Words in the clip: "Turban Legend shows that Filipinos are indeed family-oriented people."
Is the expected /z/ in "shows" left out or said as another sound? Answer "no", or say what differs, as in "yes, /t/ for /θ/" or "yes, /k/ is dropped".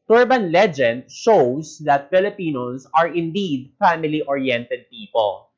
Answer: yes, /s/ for /z/